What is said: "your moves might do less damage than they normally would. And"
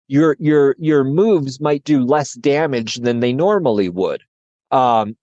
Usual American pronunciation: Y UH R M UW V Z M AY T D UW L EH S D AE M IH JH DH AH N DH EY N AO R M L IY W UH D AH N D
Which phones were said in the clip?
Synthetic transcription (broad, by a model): Y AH R M UW V Z M AY T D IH L EH S D AE M IH JH DH AH N DH EY N AO R M L IY W UH D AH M